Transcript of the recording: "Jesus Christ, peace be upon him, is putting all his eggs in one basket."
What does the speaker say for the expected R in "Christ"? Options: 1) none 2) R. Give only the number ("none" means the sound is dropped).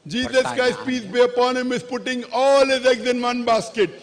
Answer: 1